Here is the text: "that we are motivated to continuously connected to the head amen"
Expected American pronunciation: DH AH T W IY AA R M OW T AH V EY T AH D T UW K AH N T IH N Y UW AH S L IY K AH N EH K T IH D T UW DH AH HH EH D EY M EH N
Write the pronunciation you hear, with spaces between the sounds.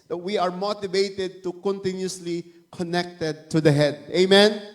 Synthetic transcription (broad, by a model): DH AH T W IY AA R M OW T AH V EY T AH D T UW K AH N T IH N Y UW AH S L IY K AH N EH K T IH D T UW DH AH HH EH D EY M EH N